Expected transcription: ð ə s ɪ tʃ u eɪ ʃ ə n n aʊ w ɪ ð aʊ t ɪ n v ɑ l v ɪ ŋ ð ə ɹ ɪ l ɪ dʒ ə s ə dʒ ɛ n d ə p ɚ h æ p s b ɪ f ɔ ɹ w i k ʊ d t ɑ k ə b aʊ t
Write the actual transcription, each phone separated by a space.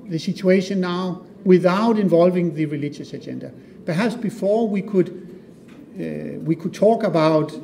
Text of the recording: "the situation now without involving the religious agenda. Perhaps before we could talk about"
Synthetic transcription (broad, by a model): ð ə s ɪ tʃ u eɪ ʃ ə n n aʊ w ɪ ð aʊ t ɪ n v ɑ l v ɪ ŋ ð ə ɹ ɪ l ɪ dʒ ə s ə dʒ ɛ n d ə p ɚ h æ p s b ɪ f ɔ w w i k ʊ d t ɑ k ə b aʊ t